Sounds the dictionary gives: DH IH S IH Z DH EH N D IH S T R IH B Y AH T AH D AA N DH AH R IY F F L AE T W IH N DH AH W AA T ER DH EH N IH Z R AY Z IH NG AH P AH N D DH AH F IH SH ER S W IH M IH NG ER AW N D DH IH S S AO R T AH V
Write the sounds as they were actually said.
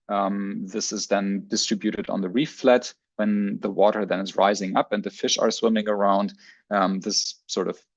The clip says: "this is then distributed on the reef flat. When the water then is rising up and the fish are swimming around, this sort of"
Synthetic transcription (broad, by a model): DH IH S IH Z DH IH N D IH S T R IH B Y AH T AH D N DH AH R IY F F L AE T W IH N DH AH W AA T ER DH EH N IH Z R AY Z IH NG AH P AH N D DH AH F IH SH ER S W IH M IH NG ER AW N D DH IH S S AO R T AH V